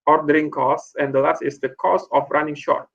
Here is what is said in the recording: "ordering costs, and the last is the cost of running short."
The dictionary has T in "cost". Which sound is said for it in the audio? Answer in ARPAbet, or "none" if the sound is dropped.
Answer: none